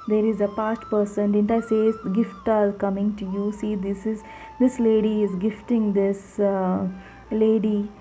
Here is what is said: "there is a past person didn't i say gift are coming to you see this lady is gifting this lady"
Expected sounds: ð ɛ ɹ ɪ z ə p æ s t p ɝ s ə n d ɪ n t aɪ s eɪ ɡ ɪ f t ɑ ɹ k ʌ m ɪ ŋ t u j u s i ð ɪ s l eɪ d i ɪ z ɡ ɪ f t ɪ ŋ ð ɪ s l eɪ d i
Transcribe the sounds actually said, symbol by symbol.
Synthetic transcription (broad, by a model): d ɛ ɹ ɪ z ə p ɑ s t p ɝ s ə n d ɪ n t aɪ s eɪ ɡ ɪ f t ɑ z k ʌ m ɪ ŋ t u j u s i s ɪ s l eɪ d i ɪ z ɡ ɪ f t ɪ ŋ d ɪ s l eɪ d i